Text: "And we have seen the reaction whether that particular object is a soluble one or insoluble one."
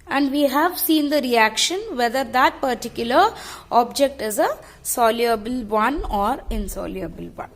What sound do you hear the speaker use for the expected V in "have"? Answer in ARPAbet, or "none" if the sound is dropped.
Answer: V